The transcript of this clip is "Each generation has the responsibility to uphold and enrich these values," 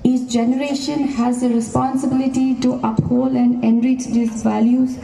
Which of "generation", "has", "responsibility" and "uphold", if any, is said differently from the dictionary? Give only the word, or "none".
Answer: uphold